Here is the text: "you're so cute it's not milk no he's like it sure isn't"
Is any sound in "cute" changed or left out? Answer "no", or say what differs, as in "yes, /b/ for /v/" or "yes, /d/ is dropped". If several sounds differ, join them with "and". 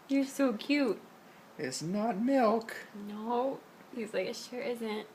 no